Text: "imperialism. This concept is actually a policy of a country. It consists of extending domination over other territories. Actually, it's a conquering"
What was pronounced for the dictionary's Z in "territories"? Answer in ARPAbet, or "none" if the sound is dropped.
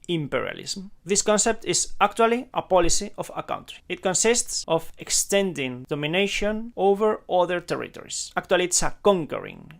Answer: S